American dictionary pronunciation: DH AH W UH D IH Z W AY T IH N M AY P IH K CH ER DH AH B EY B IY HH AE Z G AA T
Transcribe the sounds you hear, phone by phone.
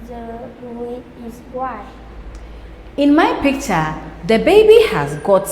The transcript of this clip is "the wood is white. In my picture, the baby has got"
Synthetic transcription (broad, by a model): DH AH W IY IH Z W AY IH N M AY P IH K CH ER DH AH B EY B IY HH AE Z G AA T